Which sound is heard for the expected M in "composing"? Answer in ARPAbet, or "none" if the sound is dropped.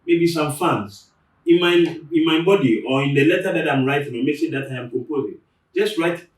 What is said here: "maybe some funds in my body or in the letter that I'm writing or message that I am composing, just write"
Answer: none